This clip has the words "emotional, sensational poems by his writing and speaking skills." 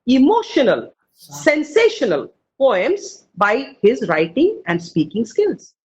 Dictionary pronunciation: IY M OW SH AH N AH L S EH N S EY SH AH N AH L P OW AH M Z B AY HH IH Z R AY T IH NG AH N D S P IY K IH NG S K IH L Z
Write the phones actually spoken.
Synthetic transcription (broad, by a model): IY M OW SH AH N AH L S EH N S EY SH AH N AH L P OW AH M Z B AY HH IH Z R AY T IH NG AH N D S P IY K IH NG S K IH L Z